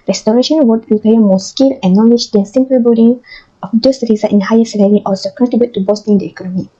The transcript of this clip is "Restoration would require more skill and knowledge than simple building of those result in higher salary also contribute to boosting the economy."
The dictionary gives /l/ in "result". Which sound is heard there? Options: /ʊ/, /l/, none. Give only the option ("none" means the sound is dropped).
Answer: none